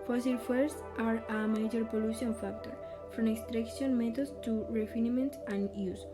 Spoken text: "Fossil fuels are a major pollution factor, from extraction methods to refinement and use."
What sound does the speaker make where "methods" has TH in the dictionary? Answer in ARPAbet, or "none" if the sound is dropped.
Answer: T